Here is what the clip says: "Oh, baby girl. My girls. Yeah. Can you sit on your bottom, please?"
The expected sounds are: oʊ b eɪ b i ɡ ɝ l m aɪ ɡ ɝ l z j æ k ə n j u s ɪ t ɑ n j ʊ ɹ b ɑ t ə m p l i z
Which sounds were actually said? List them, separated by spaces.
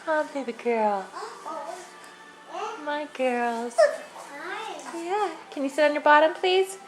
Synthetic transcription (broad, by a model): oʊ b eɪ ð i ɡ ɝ l m aɪ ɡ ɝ l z j æ k ə n j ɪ s ɪ t n j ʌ ɹ b ɑ t ə m p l i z